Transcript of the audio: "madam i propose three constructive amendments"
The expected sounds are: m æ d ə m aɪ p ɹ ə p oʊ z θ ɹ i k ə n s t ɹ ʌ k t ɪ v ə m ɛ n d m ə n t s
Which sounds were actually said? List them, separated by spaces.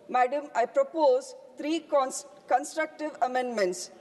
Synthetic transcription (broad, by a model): m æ d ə m aɪ p ɹ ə p oʊ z t ɹ i k ə n s t ɹ ʌ k t ɪ v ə m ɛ n d m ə n t s